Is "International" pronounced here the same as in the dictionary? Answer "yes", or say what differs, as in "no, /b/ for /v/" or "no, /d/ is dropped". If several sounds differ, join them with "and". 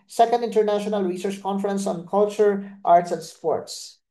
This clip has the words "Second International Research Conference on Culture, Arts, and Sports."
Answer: yes